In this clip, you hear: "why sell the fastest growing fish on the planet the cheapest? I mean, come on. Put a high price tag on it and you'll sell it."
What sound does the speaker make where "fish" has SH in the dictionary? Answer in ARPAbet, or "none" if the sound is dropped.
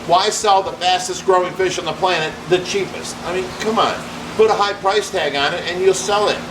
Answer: SH